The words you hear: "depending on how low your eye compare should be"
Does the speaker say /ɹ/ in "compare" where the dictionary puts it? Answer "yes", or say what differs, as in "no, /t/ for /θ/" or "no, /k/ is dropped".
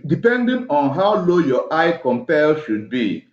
no, /l/ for /ɹ/